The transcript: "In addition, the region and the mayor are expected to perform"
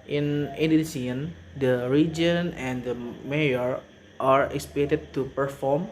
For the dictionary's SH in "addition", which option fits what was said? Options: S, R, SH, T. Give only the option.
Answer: S